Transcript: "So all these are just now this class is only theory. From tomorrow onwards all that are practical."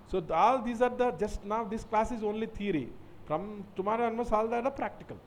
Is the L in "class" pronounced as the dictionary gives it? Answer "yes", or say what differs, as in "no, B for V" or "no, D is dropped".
yes